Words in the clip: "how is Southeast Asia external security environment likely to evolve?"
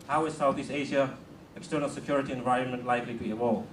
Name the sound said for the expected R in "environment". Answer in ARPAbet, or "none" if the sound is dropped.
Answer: R